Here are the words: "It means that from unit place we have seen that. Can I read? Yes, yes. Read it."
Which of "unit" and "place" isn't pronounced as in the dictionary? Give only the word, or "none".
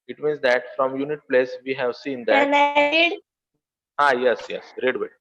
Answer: none